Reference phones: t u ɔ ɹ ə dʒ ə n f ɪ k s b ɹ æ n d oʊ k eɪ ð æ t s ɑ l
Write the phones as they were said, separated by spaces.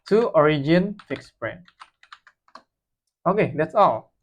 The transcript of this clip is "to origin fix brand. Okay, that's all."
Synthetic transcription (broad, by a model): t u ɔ ɹ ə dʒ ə n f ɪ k s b ɹ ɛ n oʊ k eɪ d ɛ t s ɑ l